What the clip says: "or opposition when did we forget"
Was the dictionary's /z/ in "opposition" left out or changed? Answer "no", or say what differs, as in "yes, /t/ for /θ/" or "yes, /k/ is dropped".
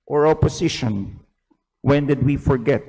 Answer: yes, /s/ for /z/